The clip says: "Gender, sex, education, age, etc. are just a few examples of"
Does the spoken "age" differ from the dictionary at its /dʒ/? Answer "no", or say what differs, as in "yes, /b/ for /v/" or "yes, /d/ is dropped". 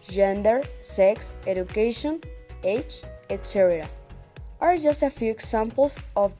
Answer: yes, /tʃ/ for /dʒ/